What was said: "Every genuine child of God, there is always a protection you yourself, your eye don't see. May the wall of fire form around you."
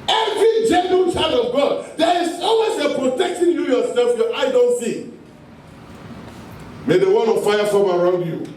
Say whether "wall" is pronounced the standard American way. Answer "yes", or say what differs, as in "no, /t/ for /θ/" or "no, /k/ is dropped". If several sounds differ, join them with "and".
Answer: no, /n/ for /l/